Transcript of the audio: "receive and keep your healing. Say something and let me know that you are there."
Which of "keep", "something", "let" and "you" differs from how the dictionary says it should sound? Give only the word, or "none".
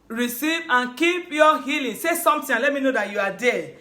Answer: something